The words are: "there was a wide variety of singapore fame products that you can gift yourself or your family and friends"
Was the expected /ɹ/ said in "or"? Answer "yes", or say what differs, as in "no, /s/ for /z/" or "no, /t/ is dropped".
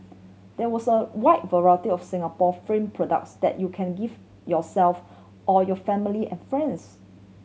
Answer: no, /l/ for /ɹ/